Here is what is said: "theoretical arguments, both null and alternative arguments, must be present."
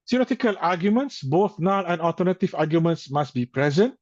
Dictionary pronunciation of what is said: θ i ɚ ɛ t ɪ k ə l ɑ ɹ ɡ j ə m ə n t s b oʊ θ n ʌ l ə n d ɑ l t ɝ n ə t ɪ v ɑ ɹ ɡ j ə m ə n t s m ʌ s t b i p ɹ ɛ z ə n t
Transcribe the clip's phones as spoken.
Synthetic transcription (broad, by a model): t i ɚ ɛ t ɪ k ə l ɑ ɡ j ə m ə n t s b oʊ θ n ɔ n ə n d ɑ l t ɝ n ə t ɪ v ɑ ɡ j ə m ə n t s m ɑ s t b i p ɹ ɛ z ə n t